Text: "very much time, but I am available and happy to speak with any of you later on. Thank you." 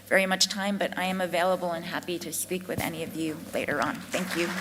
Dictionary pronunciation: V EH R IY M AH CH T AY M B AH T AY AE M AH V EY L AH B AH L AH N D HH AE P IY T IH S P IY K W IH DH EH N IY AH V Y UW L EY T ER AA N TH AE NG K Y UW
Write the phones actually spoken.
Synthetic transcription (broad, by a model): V EH R IY M AH CH T AY M B AH T AY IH M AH V EY L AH B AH L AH N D HH AE P IY T IH S P IY K W IH DH EH N IY AH V Y UW L EY T ER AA N TH AE NG K Y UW